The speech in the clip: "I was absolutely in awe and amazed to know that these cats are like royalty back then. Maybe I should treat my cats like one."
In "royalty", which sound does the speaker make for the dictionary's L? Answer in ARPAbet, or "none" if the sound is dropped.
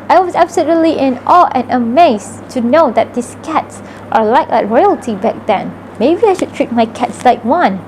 L